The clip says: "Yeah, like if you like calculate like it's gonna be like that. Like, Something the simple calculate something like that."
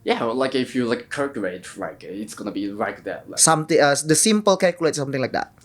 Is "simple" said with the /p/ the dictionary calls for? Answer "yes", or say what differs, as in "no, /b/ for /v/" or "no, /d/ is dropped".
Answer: yes